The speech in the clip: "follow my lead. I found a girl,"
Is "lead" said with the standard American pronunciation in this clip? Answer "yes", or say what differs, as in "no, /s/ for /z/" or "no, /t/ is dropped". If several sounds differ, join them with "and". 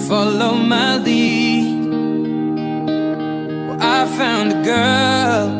no, /d/ is dropped